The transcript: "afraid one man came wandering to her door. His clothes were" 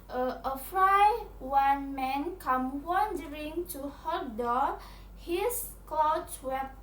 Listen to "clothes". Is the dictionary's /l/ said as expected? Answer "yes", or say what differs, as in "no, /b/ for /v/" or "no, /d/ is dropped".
no, /l/ is dropped